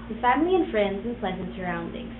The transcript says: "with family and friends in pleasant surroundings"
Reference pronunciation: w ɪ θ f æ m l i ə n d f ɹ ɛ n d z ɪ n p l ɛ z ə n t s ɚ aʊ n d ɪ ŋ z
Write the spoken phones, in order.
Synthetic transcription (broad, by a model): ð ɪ f æ m l i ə n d f ɹ ɛ n d z ɪ n p l ɛ z ə n t s ɚ aʊ n d ɪ ŋ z